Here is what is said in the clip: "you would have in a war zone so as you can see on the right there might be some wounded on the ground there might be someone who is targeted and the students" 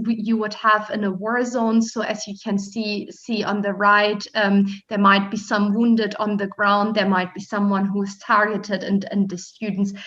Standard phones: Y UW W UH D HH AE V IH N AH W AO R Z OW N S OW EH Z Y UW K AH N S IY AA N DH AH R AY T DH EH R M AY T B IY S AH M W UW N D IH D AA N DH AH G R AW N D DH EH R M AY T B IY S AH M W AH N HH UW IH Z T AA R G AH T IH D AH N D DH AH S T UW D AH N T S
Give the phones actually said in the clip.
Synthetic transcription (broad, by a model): Y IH W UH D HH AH V IH N AH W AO R Z OW N S OW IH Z Y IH K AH N S IY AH N DH AH R AY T DH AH R M AY T B IY S AH M W UW N D IH D N DH AH G R AW N D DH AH R M AY T B IY S AH M W AH N HH UW IH Z T AA R G AH T IH D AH N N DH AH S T UW D N T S